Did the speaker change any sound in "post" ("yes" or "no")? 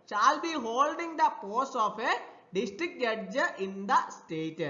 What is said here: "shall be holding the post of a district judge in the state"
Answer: yes